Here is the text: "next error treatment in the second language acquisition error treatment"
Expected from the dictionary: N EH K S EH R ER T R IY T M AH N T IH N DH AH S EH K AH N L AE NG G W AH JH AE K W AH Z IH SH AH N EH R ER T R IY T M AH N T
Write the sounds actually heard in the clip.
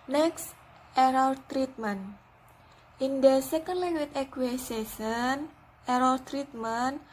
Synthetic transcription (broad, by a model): N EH K S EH R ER T R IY T M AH N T IH N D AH S EH K AH N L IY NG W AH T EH K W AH S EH S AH N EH R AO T R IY T M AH N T